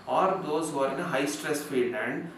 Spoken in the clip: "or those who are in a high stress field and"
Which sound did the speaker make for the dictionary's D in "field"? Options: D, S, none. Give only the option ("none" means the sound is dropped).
none